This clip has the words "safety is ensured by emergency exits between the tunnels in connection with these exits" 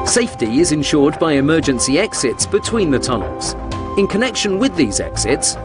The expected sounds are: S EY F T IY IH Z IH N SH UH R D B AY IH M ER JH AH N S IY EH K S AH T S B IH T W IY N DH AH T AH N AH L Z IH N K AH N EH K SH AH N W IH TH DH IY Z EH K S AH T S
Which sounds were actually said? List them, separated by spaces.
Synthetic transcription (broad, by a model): S EY F T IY IH Z IH N SH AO D B AY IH M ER JH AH N S IY EH K S AH T S B IH T W IY N DH AH T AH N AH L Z IH N K AH N EH K SH AH N W IH DH IY Z EH K S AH T S